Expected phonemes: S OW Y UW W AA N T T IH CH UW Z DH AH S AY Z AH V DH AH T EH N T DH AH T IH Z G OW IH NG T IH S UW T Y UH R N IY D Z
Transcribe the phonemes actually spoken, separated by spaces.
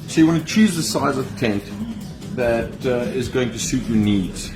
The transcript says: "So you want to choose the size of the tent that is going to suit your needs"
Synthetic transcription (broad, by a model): S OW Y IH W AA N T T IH CH UW Z DH AH S AY Z AH V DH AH T EH N T DH AH T IH Z G OW IH NG T IH S UW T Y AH R N IY D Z